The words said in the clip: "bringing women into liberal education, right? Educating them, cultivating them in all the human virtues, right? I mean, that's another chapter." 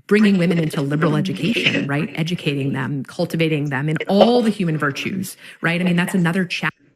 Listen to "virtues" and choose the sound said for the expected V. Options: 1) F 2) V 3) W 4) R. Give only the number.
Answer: 2